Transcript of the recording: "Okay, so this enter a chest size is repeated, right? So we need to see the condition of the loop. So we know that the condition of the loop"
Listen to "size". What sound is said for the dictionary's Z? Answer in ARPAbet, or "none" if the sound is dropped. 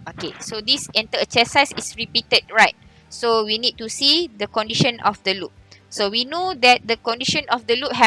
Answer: S